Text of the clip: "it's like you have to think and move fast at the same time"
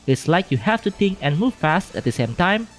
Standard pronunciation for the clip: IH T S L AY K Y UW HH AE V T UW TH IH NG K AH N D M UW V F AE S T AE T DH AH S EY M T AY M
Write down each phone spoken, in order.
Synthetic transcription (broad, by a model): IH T S L AY K Y UW HH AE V T UW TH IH NG K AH N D M UW V F AE S T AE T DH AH S EY M T AY M